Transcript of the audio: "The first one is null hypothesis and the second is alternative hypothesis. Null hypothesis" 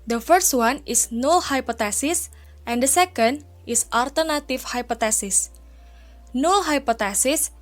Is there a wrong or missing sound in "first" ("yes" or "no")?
no